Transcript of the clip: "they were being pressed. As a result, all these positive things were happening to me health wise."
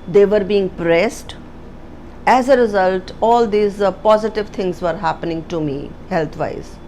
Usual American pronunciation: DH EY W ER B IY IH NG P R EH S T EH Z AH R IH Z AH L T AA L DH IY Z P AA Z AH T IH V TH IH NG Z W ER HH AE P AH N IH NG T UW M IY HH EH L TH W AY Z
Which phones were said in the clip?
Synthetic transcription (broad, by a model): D EY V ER B IY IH NG P R EH S T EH Z AH R IH Z AH L T AA L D IY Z P AA Z AH T IH V T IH NG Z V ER HH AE P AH N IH NG T UW M IY HH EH L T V AY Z